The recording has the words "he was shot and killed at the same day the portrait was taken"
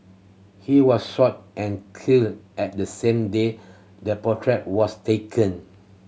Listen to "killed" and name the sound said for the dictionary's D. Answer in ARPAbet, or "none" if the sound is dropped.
none